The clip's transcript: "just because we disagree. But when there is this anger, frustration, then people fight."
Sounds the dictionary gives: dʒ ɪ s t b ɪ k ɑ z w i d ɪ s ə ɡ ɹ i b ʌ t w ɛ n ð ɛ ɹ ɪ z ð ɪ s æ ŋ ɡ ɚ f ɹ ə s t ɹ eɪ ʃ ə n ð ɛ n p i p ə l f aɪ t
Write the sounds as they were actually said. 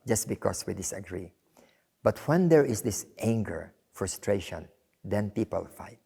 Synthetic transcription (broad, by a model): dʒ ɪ s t b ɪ k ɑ s w i d ɪ s ə ɡ ɹ i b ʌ t w ɛ n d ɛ ɹ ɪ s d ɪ s æ ŋ ɡ ɚ f ɹ ə s t ɹ eɪ ʃ ə n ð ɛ n p i p ə l f aɪ t